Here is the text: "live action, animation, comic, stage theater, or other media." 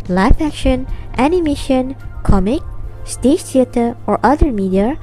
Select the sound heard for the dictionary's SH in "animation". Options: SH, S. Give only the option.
SH